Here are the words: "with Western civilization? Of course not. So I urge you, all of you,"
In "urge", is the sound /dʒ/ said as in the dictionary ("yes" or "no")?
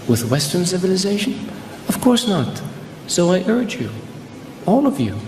yes